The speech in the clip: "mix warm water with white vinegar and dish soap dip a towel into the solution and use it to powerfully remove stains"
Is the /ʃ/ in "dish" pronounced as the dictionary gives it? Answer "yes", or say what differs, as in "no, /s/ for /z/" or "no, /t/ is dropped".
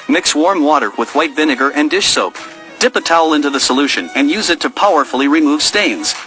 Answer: yes